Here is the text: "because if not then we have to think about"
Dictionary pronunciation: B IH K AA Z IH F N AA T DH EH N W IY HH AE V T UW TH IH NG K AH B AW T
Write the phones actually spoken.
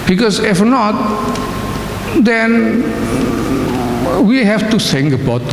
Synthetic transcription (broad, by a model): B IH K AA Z IH F N AA T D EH N W IY HH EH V T UW S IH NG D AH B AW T